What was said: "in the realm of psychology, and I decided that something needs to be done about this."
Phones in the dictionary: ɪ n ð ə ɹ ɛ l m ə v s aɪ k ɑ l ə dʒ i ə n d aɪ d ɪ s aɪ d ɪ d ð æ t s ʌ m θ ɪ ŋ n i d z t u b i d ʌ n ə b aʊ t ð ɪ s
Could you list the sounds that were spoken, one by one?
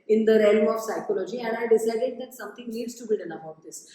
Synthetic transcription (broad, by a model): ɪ n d ə ɹ ɛ l m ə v s aɪ k ɑ l ə dʒ i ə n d aɪ d ɪ s aɪ d ɪ d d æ t s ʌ m t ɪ ŋ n i d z t u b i d ʌ n ə b aʊ t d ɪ s